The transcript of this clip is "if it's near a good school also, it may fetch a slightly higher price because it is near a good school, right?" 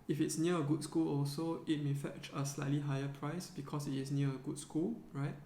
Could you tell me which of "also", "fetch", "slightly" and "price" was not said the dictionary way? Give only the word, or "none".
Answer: none